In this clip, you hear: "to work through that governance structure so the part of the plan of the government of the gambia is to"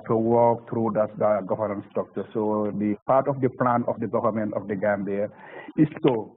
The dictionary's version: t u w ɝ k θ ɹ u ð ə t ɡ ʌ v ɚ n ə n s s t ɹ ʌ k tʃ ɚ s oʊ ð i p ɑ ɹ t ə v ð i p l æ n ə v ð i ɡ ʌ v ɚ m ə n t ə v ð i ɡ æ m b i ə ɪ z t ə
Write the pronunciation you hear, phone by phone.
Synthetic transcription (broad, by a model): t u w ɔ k t ɹ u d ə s ɡ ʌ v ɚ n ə n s s t ɔ k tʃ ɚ s oʊ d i p ɑ ɹ t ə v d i p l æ n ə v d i ɡ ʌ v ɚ m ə n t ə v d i ɡ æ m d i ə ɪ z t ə